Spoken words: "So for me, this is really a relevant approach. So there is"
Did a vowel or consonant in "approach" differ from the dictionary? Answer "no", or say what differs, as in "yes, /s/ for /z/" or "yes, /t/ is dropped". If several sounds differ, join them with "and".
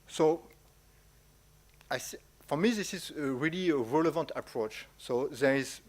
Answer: no